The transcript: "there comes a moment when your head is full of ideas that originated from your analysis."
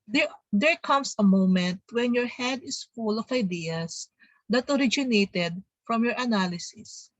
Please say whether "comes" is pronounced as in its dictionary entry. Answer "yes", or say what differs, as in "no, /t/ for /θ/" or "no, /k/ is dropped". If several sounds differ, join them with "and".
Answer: no, /s/ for /z/